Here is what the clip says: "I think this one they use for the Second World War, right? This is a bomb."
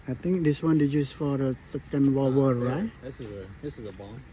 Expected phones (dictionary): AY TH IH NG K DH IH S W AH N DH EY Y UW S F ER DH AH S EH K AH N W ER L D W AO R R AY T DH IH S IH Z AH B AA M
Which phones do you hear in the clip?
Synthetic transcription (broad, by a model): AY T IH NG K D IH S W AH N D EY Y UW S F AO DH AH S EH K AH N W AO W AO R R AY T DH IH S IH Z AH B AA